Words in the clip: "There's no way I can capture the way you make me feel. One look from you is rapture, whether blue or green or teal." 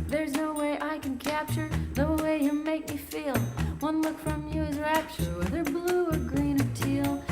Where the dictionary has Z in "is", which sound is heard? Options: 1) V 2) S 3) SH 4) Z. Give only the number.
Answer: 4